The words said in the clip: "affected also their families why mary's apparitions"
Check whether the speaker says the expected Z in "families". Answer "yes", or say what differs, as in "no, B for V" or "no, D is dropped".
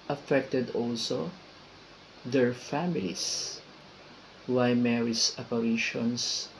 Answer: no, S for Z